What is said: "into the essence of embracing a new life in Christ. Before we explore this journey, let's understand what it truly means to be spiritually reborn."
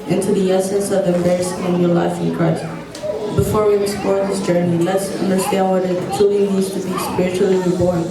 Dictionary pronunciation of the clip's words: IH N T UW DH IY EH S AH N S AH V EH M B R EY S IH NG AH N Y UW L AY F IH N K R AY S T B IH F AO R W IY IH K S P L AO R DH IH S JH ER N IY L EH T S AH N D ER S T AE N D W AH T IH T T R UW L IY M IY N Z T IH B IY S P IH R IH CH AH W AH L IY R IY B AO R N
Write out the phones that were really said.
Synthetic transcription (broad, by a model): IH N T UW DH IY EH S AH N S AH V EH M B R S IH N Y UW L AY F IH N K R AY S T B IH F AO R W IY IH S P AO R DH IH S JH ER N IY L EH T S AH N D ER S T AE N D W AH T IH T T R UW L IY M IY Z T IH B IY S P IH R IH CH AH L IY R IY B AO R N